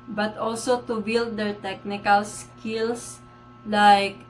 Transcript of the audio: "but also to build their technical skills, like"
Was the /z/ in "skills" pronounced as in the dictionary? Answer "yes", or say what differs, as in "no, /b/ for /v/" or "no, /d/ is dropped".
no, /s/ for /z/